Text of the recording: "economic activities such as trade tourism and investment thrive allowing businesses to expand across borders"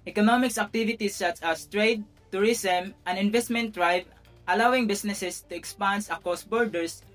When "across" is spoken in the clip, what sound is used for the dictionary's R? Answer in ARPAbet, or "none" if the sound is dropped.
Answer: none